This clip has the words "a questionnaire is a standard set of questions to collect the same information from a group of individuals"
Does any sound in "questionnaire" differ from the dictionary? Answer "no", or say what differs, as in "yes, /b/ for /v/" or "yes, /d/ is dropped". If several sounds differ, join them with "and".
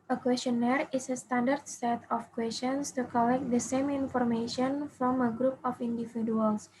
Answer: no